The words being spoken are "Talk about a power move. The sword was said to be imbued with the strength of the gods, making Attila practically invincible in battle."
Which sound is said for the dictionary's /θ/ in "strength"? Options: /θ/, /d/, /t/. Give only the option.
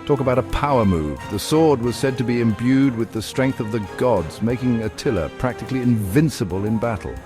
/θ/